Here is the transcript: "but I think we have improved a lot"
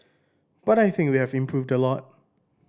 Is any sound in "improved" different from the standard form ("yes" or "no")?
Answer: no